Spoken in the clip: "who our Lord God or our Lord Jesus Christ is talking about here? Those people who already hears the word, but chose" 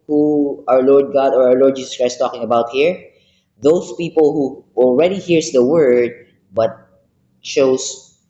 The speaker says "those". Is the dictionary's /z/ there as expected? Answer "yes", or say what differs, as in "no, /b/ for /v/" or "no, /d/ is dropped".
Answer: no, /s/ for /z/